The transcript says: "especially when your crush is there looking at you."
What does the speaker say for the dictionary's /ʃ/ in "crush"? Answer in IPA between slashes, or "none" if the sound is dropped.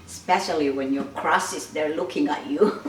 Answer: /s/